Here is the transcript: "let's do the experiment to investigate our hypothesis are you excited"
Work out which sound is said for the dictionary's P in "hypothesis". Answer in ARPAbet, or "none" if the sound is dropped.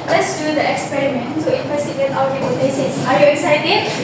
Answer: none